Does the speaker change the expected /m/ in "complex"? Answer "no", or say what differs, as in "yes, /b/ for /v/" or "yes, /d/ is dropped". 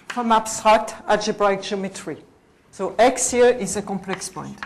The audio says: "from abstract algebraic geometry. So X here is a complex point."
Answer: no